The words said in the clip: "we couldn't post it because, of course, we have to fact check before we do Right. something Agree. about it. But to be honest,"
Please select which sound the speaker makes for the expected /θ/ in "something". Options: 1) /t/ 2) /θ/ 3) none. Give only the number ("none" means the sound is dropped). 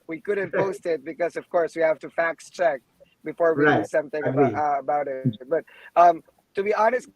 2